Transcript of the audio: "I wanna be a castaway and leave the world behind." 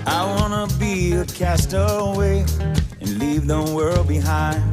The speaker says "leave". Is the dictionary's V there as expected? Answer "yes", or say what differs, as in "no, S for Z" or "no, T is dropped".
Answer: yes